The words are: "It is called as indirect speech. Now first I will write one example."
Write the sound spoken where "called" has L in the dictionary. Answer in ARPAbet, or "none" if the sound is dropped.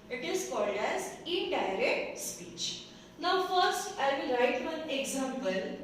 L